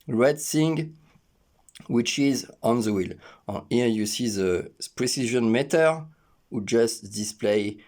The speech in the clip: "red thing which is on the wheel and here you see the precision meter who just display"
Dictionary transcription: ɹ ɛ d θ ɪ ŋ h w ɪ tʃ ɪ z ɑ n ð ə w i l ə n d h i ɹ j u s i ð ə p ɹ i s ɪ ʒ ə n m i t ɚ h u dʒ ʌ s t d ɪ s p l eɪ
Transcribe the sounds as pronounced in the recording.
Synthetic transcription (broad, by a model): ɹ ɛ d s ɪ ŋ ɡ w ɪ tʃ ɪ z ɑ n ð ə w i l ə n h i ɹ j u s i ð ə p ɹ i s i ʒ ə n m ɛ t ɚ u dʒ ʌ s t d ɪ s p l eɪ